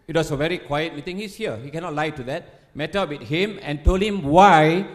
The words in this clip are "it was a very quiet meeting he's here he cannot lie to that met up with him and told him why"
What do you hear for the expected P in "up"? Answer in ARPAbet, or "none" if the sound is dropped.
B